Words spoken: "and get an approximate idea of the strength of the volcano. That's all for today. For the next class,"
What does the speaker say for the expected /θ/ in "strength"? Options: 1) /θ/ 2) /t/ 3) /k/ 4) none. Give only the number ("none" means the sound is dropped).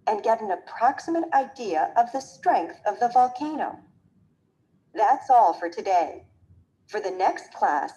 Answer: 1